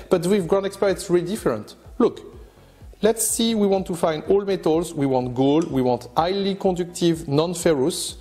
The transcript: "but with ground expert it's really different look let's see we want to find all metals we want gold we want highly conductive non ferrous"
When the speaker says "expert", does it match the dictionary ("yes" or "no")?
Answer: yes